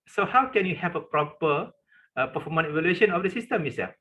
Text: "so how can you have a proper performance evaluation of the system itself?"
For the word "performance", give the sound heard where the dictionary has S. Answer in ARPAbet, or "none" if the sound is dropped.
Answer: none